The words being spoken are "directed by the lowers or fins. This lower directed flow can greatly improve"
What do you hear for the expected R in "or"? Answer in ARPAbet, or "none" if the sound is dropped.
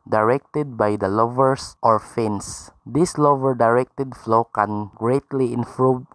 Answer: R